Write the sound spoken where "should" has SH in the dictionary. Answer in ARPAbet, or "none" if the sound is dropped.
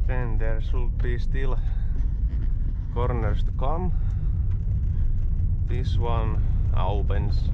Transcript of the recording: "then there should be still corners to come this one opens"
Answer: S